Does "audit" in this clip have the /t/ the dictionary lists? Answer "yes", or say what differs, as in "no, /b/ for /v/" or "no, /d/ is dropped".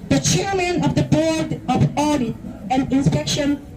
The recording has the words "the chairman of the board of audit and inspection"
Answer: no, /t/ is dropped